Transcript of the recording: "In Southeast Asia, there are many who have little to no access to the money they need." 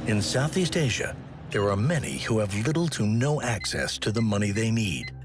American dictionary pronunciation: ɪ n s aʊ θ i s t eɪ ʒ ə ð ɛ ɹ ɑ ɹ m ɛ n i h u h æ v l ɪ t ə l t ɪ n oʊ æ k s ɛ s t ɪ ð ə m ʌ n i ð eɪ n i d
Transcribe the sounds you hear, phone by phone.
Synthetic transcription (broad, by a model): ɪ n s aʊ θ i s t eɪ ʒ ə ð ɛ ɹ ɑ ɹ m ɛ n i h u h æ v l ɪ t l t ɪ n oʊ æ k s ɛ s t ɪ ð ə m ʌ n i ð eɪ n i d